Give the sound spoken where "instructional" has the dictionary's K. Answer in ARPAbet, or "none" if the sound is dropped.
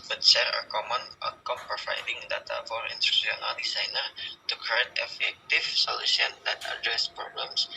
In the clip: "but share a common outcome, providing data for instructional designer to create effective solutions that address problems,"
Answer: none